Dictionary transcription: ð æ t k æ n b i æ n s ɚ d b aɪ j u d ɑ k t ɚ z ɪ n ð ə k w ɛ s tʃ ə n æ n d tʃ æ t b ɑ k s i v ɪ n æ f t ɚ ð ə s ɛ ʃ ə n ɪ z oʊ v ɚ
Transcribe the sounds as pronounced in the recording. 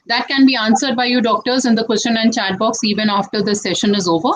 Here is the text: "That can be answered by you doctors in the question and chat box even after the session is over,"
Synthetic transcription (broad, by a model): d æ t k æ n b i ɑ n s ɚ d b aɪ j u d ɑ k t ɚ z ɪ n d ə k w ɛ s tʃ ə n æ n d tʃ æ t b ɑ k s i v ɪ n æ f t ɚ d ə s ɛ ʃ ə n ɪ z oʊ v ɚ